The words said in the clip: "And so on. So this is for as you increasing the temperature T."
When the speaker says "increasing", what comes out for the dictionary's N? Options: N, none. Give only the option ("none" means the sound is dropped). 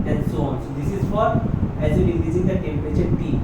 none